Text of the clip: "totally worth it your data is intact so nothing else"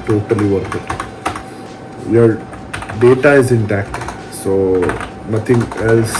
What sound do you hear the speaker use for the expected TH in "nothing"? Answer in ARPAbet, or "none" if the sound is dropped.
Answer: T